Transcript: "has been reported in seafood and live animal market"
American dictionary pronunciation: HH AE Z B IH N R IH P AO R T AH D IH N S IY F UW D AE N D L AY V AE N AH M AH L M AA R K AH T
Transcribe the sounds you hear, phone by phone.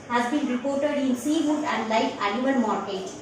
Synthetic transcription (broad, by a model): HH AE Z B IH N R IH P AO R T AH D IH N S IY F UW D AE N D L AY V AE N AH AH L M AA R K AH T